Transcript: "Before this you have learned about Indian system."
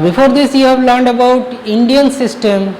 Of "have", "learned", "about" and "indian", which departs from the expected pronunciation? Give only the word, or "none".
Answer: none